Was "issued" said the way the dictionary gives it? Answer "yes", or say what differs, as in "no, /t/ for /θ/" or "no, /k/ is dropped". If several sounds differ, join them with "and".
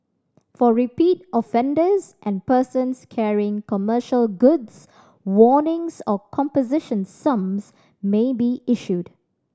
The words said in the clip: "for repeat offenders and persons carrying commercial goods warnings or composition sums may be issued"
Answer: yes